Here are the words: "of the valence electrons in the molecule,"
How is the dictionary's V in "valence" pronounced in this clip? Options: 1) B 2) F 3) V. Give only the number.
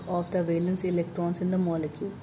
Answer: 3